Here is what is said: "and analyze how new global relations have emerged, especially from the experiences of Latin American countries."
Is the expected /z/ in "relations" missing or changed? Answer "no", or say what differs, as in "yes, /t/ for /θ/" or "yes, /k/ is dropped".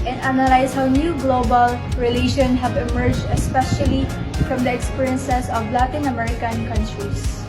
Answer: yes, /z/ is dropped